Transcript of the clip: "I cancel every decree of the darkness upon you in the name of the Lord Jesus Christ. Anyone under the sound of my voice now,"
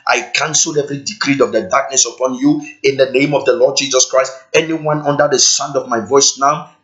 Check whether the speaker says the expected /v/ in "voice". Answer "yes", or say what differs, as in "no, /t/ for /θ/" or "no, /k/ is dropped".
yes